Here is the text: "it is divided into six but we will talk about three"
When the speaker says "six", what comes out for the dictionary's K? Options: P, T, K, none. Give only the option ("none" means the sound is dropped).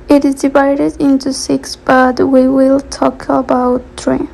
K